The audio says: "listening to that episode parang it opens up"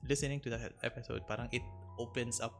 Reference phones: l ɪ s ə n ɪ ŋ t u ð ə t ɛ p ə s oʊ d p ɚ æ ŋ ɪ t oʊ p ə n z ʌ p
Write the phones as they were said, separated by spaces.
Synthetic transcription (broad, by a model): l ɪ s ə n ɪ ŋ t u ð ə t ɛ p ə s oʊ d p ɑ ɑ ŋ ɪ t oʊ p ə n s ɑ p